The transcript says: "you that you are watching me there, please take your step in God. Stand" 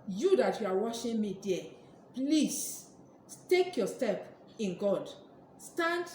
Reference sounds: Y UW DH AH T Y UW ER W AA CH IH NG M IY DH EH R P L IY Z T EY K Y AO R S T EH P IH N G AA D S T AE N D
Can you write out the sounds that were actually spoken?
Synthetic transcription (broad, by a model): Y UW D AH T Y UW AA W AA SH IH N M IY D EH P L IY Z T EY K Y AO S T EH P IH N G AA D S T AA N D